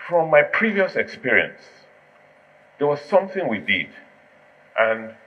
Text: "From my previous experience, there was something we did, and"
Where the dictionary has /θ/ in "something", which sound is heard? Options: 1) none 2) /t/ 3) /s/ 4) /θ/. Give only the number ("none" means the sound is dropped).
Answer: 4